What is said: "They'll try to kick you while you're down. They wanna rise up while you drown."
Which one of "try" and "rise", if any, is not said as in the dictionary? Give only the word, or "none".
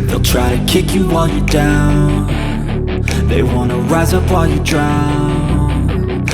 none